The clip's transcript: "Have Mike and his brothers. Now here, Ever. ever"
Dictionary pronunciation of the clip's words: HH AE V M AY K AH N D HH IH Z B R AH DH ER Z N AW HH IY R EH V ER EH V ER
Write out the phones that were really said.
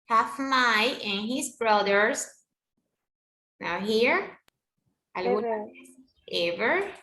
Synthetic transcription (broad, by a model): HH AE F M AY AH N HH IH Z B R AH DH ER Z N AW HH IY R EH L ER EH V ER